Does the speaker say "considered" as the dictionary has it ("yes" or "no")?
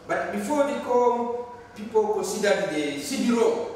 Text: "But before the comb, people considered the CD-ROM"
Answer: no